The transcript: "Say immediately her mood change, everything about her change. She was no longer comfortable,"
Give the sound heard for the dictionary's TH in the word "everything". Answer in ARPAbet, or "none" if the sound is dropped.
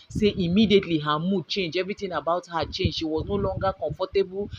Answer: T